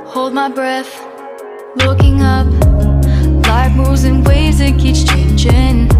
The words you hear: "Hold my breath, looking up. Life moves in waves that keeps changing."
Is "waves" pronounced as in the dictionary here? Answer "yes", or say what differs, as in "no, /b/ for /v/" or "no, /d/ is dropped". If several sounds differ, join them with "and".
no, /v/ is dropped